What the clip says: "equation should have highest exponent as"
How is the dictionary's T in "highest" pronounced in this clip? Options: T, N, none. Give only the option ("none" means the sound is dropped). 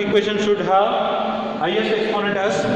none